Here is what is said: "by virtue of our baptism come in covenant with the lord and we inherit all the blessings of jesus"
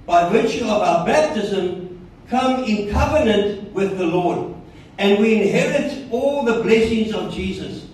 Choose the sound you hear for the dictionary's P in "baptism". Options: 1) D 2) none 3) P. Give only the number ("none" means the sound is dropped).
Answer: 3